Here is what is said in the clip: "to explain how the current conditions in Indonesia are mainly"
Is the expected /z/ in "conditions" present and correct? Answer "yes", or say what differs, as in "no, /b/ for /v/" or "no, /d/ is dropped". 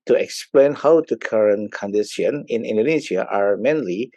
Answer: no, /z/ is dropped